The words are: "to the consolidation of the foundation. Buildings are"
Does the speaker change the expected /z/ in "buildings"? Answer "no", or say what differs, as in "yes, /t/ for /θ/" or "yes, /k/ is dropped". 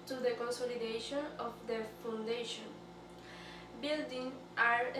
yes, /z/ is dropped